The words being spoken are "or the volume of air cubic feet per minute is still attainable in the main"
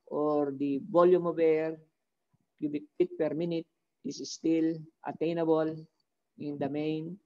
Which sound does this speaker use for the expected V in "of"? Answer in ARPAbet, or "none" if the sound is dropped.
B